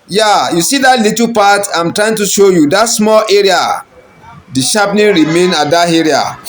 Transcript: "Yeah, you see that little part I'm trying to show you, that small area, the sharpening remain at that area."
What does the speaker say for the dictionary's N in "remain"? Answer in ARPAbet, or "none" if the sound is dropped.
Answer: N